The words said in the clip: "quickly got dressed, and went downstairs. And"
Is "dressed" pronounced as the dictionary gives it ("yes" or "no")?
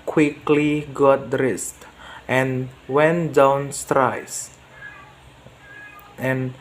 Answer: yes